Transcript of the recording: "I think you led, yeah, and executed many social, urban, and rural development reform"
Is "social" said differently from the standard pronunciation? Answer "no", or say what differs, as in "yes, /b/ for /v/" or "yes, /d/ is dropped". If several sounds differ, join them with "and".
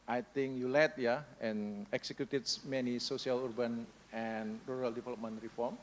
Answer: yes, /s/ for /ʃ/